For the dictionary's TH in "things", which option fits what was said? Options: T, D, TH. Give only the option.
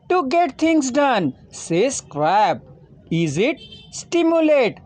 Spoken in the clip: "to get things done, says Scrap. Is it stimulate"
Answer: T